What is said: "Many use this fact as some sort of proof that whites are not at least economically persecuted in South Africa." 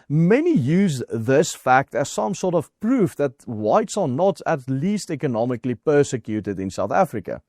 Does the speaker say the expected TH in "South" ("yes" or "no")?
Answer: yes